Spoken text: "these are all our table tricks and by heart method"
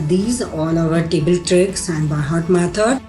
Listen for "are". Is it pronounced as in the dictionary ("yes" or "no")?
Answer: no